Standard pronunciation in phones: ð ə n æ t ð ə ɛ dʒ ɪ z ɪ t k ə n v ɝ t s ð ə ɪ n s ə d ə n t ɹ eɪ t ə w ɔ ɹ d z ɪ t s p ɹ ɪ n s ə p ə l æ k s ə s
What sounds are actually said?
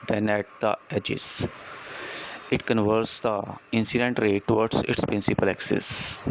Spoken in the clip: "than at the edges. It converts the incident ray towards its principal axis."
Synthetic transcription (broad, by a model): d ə n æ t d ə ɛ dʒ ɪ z ɪ t k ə n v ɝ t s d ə ɪ n s ə d ə n t ɹ eɪ t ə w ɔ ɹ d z ɪ t s p ɹ ɪ n s ə p ə l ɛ k s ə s